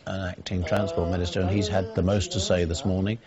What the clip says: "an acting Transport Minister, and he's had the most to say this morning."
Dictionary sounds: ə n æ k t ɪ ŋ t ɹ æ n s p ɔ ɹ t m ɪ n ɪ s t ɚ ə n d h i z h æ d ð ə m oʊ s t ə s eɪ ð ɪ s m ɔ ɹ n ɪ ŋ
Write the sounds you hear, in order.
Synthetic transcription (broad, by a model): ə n æ k t ɪ ŋ t ɹ æ n s p ɔ ɹ t m ɪ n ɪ s t ɚ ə n i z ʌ d ð ə m oʊ s t ə s eɪ ð ɪ s m ɔ ɹ n ɪ ŋ